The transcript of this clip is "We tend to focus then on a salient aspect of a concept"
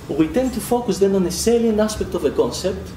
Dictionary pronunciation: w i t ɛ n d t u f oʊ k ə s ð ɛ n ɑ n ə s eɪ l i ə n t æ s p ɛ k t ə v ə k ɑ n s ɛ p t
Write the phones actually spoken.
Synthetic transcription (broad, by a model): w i t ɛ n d t u f oʊ k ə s ð ɛ n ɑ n ə s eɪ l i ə n ɑ s p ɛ k t ə v ə k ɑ n s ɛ p t